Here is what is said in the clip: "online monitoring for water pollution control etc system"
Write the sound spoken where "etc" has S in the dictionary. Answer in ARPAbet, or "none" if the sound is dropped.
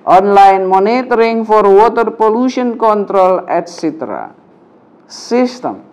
S